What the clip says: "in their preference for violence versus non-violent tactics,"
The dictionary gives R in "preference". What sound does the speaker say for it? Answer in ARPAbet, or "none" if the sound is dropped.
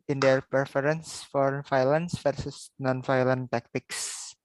none